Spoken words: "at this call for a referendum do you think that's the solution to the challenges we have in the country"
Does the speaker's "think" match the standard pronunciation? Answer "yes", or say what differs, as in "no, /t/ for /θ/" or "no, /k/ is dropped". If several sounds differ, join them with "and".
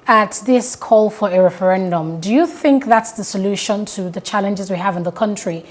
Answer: yes